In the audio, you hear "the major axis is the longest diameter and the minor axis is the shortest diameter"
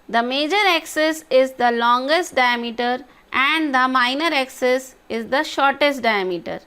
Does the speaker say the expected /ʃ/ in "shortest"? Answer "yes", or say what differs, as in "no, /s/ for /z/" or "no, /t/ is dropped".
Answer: yes